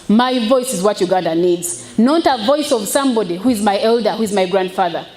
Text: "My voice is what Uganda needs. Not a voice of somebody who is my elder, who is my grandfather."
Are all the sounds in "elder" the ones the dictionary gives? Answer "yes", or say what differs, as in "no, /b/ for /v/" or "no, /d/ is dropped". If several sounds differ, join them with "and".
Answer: yes